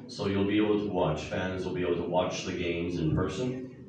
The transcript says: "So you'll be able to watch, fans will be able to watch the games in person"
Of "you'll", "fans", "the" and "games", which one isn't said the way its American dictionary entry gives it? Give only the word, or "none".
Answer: none